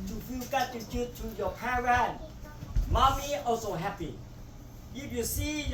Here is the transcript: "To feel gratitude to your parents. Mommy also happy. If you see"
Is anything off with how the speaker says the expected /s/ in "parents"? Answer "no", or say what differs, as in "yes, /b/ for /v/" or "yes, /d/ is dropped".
yes, /s/ is dropped